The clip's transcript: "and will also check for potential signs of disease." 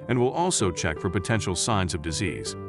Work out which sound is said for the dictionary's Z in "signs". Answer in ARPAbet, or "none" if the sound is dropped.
Z